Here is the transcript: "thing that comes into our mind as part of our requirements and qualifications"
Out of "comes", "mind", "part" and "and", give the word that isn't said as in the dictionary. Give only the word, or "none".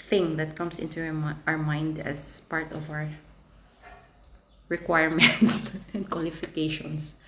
comes